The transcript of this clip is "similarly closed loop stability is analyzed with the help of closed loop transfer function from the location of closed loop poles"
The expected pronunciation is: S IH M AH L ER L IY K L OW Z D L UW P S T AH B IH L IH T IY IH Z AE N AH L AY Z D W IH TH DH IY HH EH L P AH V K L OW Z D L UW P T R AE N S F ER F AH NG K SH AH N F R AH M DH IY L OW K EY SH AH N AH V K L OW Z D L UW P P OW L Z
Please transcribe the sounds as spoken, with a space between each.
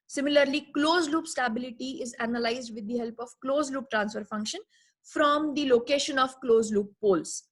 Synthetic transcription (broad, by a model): S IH M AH L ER L IY K L OW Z L UW P S T AH B IH L IH T IY IH Z AE N AH L AY Z D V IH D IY HH EH L P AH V K L OW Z L UW P T R AE N S F ER F AH NG K SH AH N F R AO M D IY L OW K EY SH AH N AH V K L OW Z L UW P P OW L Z